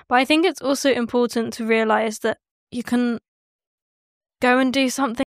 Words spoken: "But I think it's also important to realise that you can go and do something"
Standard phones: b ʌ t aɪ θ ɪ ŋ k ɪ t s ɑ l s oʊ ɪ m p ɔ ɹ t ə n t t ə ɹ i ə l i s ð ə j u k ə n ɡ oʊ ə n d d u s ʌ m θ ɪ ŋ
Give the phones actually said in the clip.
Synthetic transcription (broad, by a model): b ʌ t aɪ θ ɪ ŋ k ɪ t s ɑ l s oʊ ɪ m p ɔ t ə n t t ə ɹ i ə l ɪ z ð ə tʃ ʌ k ə n ɡ oʊ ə n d d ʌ s ʌ m θ ɪ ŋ